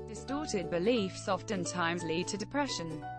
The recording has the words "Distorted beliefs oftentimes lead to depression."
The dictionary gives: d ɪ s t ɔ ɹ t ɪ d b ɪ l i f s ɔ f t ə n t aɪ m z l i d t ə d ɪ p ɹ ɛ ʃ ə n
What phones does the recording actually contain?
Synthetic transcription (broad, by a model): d ɪ s t ɔ t ɪ d b ɪ l i f s ɔ f t ə n t aɪ m z l i d t ə d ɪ p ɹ ɛ ʃ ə n